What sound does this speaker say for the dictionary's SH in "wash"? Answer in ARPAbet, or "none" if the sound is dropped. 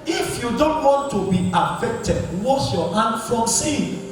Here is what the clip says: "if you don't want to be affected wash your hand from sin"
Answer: S